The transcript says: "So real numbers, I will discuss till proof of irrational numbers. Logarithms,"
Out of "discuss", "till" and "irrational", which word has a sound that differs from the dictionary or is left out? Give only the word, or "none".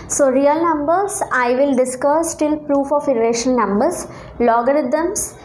irrational